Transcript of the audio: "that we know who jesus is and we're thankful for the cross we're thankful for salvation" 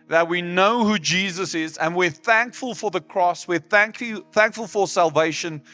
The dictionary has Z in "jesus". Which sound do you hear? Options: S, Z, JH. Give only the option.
Z